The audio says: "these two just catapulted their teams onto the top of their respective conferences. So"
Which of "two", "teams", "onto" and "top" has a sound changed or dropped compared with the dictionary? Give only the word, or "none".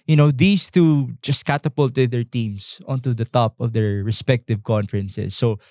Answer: teams